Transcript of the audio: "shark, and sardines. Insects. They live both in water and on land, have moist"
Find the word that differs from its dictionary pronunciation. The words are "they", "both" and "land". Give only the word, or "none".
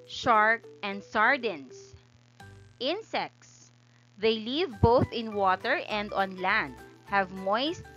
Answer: none